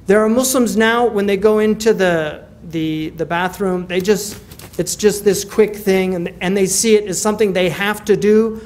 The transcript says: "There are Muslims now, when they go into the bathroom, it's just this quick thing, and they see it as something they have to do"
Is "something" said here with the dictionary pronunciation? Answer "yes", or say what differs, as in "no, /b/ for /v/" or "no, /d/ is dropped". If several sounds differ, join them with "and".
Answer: yes